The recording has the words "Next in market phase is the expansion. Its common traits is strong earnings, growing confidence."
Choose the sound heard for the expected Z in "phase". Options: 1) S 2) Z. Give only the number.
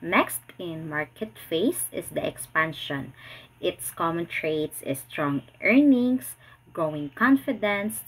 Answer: 1